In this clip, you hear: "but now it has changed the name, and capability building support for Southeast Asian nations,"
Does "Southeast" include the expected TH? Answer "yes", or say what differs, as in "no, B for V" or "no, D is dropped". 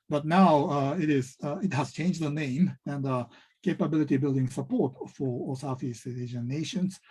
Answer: no, F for TH